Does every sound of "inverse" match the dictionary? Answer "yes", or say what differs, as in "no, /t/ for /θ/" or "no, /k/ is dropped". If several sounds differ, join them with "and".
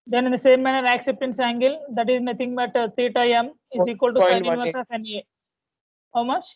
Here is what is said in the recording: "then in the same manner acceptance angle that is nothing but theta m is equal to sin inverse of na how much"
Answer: no, /n/ is dropped